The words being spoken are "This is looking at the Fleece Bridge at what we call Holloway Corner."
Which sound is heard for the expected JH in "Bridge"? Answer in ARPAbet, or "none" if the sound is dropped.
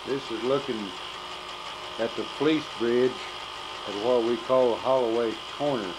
JH